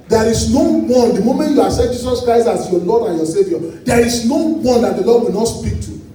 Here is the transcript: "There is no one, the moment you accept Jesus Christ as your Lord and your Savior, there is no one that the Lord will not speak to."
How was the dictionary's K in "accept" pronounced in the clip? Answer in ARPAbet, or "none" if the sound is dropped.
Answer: none